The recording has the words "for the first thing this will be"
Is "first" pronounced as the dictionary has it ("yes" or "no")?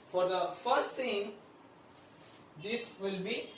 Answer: yes